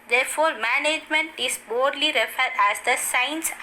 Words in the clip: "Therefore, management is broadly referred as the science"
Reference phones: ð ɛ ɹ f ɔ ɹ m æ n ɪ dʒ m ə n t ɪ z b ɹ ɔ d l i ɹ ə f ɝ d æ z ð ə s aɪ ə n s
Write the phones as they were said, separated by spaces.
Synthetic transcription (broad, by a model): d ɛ ɹ f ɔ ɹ m æ n ɪ dʒ m ə n t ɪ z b ɔ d l i ɹ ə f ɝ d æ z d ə s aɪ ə n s